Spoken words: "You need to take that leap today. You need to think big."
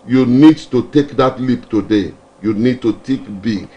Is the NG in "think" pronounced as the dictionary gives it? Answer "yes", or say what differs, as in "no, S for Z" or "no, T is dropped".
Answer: no, NG is dropped